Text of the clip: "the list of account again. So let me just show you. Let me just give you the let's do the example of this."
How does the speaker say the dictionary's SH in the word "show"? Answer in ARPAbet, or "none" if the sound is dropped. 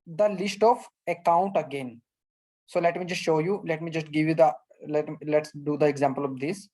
SH